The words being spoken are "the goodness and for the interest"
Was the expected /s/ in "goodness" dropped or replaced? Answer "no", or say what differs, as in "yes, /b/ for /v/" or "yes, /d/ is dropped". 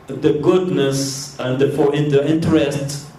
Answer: no